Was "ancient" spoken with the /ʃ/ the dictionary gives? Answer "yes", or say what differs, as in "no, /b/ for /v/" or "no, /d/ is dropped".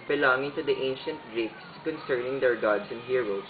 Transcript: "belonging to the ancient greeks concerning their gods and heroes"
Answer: yes